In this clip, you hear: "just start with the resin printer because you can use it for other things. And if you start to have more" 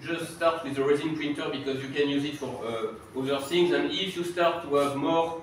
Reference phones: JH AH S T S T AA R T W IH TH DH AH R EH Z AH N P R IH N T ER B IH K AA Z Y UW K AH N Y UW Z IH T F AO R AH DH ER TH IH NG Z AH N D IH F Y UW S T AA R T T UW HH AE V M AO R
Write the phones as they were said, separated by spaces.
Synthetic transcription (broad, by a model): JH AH S T S T AA R T W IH DH AH R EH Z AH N P R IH N T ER B IH K AA Z Y UW K AH N Y UW Z IH T F AO R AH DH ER TH IH NG Z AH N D IH F Y UW S T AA R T T UW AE V M AO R